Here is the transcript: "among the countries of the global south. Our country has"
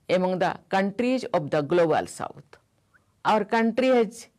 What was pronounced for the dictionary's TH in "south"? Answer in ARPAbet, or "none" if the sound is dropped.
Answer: T